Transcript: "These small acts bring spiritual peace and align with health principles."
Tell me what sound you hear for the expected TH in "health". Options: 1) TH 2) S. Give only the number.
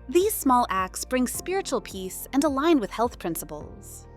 1